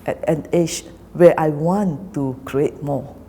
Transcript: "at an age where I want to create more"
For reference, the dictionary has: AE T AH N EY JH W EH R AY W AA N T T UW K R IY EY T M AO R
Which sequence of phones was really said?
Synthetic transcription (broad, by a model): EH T AH N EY SH W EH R AY W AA N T T UW K R IY EY T M AO